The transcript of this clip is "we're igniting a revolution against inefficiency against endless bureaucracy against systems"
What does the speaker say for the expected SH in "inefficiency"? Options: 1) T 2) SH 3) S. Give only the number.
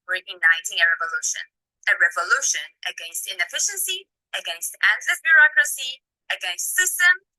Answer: 2